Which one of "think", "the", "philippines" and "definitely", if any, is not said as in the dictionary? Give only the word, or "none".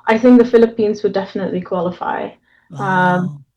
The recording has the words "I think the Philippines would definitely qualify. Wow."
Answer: none